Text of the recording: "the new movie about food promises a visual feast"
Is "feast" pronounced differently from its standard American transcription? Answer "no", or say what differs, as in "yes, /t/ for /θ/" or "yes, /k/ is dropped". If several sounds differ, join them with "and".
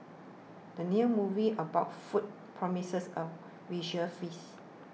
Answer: yes, /t/ is dropped